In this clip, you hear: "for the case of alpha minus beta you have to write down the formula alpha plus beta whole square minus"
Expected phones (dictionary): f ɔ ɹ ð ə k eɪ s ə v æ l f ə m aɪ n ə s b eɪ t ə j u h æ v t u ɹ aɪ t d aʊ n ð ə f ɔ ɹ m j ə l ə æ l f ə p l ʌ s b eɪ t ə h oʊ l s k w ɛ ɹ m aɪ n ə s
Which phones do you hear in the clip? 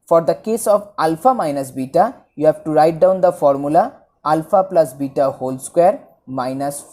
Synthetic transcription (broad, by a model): f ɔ ɹ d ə k eɪ s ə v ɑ l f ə m aɪ n ə s b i t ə j u h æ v t u ɹ aɪ t d aʊ n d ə f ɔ ɹ m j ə l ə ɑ l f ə p l ʌ s b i t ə h oʊ l s k w ɛ ɹ m aɪ n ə s